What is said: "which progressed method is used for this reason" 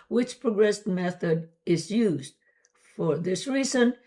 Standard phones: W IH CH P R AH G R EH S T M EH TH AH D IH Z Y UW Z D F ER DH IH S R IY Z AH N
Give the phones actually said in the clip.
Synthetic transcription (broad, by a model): W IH CH P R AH G R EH S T M EH TH AH D IH Z Y UW Z D F ER DH IH S R IY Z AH N